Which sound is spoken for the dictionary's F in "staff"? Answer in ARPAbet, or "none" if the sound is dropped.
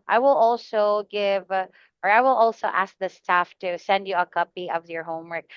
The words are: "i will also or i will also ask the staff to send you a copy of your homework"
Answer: F